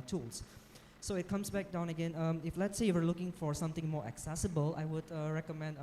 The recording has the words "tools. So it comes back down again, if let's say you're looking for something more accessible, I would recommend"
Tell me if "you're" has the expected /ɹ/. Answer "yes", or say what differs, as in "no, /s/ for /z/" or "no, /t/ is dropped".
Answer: no, /w/ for /ɹ/